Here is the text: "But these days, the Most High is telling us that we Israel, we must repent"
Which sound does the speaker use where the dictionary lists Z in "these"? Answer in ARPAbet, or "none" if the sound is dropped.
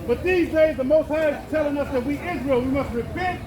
Z